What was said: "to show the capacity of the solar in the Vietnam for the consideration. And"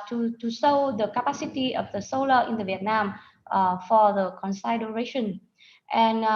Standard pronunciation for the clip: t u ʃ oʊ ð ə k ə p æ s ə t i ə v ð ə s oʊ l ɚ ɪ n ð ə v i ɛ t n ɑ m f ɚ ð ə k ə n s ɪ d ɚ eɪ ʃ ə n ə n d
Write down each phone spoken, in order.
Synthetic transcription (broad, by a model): t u s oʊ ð ə k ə p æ s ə t i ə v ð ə s oʊ l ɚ ɪ n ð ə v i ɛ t n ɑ m f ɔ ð ə k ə n s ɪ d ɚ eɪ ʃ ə n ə n